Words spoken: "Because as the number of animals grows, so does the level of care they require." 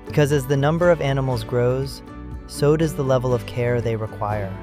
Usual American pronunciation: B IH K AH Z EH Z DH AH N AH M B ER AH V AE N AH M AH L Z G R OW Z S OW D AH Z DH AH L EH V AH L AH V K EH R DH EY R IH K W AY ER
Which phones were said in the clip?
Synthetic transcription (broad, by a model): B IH K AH Z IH Z DH AH N AH M B ER AH V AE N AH M L Z G R OW Z S OW D AH Z DH AH L EH V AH L AH V K EH R DH EY R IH K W AY ER